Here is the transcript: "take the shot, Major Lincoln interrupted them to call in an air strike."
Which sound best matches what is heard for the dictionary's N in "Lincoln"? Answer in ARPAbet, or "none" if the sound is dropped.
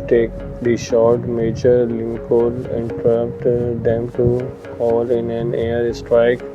L